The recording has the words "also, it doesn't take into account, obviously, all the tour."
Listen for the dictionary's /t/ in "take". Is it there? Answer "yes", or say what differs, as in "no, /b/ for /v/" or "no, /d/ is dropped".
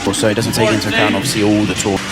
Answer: no, /s/ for /t/